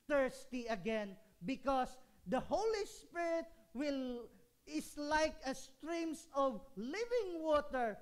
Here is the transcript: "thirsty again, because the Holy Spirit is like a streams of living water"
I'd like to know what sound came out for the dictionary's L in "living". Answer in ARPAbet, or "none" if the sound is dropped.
L